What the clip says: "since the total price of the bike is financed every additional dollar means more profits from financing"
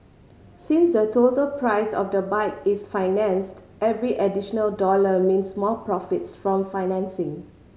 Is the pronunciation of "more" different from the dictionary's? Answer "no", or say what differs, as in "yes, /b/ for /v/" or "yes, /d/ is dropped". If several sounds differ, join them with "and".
yes, /l/ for /ɹ/